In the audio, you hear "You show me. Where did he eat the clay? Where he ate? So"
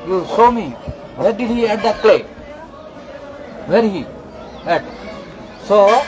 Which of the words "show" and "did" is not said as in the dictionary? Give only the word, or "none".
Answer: show